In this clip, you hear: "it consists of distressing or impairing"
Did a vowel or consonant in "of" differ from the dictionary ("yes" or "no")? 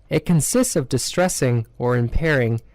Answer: no